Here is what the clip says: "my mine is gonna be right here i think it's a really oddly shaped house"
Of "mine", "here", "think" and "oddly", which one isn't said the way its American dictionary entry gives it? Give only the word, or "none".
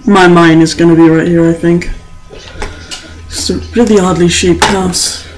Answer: none